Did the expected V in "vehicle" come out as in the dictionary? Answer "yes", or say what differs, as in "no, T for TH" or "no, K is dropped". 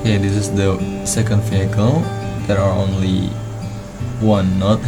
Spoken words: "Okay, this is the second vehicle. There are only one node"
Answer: no, F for V